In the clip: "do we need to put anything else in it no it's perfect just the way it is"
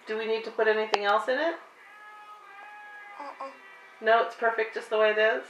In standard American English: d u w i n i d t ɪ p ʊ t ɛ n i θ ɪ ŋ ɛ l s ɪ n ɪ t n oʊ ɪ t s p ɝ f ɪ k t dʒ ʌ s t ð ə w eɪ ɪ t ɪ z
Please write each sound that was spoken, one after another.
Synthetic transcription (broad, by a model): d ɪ w i n i d t ɪ p ʊ t ɛ n i θ ɪ ŋ ɛ l s ɪ n ɪ t n oʊ ɪ t s p ɝ f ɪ k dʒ ʌ s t ð ə w eɪ ɪ t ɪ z